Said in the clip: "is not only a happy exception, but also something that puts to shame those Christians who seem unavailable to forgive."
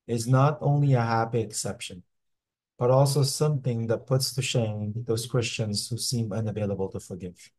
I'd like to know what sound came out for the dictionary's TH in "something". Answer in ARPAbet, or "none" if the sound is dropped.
TH